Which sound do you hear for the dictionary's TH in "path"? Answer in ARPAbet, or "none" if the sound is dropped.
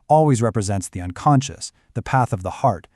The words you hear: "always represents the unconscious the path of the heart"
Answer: TH